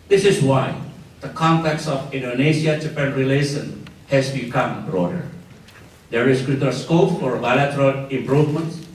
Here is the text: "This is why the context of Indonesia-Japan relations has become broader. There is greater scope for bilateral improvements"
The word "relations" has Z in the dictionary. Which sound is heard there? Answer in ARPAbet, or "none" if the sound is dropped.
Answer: none